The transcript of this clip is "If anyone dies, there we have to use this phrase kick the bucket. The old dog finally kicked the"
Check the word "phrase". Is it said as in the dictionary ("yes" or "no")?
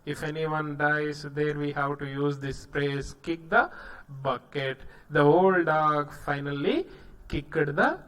no